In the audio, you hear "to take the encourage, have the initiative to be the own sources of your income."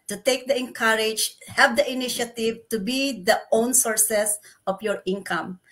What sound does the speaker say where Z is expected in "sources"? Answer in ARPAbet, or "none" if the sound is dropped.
S